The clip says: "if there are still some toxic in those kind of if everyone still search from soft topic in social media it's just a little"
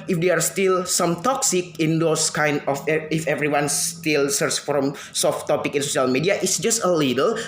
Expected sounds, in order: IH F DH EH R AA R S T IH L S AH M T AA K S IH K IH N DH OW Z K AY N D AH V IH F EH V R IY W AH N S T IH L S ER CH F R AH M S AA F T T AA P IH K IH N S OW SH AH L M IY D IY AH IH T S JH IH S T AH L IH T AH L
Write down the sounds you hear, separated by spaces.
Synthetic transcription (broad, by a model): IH F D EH AA R S T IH L S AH M T AA K S IH K IH N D OW S K AY N D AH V IH F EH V R IY W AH N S T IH L S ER S F R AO M S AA F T T AA P IH K IH N S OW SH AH L M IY D IY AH IH T S JH IH S T AH L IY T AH L